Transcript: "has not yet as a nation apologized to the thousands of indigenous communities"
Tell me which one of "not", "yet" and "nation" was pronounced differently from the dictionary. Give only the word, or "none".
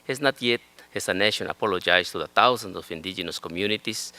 none